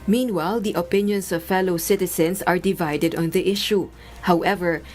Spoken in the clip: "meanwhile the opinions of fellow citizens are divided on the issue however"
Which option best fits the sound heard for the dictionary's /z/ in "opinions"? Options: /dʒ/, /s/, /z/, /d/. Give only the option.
/s/